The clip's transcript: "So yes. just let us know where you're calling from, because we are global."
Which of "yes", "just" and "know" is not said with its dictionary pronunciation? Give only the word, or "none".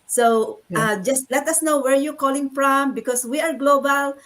yes